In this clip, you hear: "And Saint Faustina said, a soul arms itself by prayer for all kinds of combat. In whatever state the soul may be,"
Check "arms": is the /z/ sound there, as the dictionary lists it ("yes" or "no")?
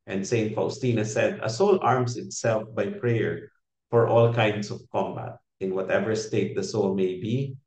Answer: no